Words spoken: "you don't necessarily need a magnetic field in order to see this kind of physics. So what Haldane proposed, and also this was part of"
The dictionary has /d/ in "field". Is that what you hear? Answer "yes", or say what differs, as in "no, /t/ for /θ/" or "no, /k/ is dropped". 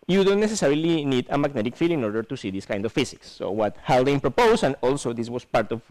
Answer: no, /d/ is dropped